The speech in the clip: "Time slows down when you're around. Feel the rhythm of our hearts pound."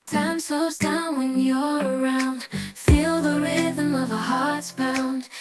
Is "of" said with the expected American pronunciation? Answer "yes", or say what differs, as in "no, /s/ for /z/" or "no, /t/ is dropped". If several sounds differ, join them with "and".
yes